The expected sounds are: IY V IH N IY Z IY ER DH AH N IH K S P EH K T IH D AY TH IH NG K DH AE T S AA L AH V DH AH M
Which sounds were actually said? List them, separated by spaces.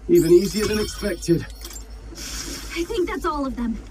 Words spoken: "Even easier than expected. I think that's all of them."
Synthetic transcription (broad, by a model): IY V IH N IY Z IY ER DH AH N IH K S P EH K T IH D AY TH IH NG K DH AE T S AA L AH V DH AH M